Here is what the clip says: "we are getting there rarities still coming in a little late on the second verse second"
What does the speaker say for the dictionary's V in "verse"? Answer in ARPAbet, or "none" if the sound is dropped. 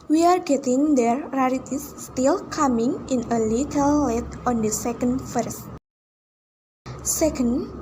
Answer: F